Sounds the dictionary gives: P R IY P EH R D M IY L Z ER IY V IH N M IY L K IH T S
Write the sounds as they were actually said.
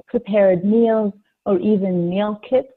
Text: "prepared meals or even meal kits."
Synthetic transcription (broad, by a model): P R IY P EH R D M IY L Z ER IY V IH N M IY L K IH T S